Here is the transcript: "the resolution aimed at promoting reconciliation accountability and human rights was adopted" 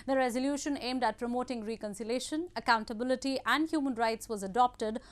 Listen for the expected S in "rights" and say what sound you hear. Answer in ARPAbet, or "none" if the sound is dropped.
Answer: S